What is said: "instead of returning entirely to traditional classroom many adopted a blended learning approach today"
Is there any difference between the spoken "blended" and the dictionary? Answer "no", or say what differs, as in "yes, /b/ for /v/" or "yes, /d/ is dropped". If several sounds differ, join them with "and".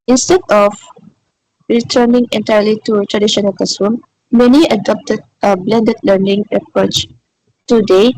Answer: no